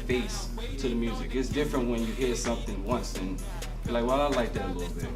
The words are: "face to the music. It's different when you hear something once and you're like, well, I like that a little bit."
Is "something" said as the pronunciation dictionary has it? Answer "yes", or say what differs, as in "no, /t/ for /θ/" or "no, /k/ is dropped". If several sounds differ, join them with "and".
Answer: yes